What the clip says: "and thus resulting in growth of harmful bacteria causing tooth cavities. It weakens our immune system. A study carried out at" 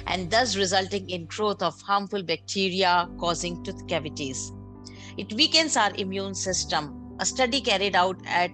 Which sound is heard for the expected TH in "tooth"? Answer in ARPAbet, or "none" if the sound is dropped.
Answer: T